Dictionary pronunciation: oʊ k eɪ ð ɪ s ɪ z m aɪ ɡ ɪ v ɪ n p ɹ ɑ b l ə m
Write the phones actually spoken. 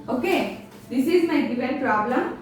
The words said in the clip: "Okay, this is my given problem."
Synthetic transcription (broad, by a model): oʊ k eɪ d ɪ s ɪ z m aɪ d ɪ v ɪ l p ɹ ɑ b l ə m